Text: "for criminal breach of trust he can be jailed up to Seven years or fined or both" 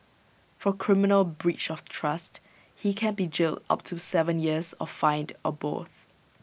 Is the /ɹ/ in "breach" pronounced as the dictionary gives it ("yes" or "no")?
yes